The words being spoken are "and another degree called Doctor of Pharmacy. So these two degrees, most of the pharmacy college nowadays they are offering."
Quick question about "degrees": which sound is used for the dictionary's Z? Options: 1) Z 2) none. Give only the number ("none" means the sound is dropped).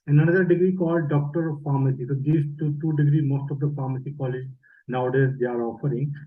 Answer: 2